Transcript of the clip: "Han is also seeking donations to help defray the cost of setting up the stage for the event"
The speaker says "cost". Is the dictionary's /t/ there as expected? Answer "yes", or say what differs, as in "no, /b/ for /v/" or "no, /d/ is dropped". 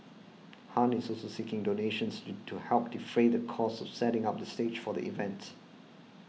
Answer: no, /t/ is dropped